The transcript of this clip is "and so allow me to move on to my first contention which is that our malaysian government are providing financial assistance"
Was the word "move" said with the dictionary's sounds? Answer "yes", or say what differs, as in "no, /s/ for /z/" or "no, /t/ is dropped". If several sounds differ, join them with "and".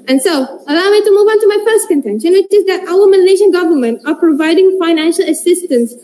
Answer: yes